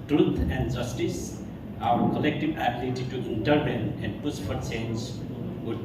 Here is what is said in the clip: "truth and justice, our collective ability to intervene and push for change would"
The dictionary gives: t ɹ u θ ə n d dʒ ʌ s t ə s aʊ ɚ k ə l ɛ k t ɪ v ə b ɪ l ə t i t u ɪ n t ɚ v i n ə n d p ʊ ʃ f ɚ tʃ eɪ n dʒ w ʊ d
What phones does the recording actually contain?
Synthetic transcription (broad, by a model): t ɹ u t ə n d dʒ ʌ s t ə s aʊ ɚ k ə l ɛ k t ɪ v ə b ɪ l ə t i t u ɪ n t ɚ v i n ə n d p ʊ s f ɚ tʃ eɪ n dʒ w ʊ